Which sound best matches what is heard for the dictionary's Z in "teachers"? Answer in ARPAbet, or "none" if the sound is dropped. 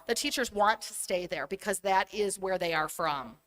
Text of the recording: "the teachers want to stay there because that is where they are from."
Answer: Z